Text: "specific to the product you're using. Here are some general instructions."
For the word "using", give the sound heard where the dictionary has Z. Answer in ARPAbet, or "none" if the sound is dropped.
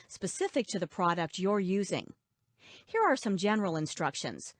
Z